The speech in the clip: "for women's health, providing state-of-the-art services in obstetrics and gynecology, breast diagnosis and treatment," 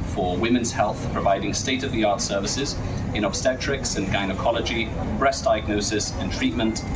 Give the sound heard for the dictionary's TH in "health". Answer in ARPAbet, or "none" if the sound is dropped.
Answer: TH